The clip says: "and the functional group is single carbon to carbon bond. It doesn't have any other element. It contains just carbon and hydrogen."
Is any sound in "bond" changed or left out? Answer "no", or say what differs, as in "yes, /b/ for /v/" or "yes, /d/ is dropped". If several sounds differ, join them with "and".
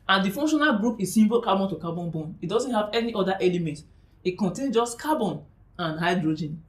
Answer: yes, /d/ is dropped